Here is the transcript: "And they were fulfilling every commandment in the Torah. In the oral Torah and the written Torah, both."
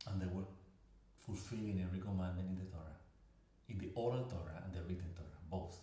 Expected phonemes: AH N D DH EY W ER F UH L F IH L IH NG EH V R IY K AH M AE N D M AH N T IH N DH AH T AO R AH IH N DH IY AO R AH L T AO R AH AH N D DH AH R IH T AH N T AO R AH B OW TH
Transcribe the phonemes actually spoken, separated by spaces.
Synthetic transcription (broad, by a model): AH N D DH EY W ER F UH L F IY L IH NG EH R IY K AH M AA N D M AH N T IH N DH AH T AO R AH IH N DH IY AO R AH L T AO R AH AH N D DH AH R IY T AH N T AO R AH B OW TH